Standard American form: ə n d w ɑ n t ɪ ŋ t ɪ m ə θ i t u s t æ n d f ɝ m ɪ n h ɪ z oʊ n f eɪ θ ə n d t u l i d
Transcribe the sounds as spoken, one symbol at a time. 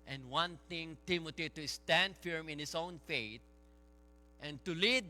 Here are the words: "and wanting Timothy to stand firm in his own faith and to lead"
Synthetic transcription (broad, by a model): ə n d w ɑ n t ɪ ŋ t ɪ m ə t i t u s t æ n d f ɝ m ɪ n h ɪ s oʊ n f eɪ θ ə n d t u l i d